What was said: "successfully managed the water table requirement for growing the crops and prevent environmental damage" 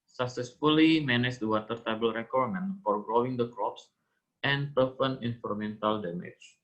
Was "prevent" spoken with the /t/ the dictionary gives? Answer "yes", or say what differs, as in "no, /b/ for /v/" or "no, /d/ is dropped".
no, /t/ is dropped